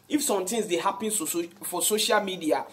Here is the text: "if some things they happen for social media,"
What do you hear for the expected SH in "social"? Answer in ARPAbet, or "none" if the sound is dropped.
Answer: SH